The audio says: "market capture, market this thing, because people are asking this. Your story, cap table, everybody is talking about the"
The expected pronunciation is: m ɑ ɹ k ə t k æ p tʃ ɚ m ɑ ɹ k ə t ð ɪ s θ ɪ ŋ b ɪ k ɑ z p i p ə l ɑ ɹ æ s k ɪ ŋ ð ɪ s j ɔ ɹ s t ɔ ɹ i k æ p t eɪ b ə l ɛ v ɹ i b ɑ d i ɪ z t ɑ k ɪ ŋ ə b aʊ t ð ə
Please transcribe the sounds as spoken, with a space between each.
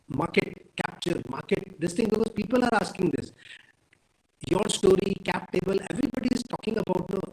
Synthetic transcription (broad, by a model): m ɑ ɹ k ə t k æ p tʃ ɚ m ɑ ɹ k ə t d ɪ s t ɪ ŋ b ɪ k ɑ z p i p ə l ɑ ɹ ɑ s k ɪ ŋ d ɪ s j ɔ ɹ s t ɔ ɹ i k æ p t eɪ b ə l ɛ v ɹ i b ɑ d i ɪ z t ɑ k ɪ ŋ ə b aʊ t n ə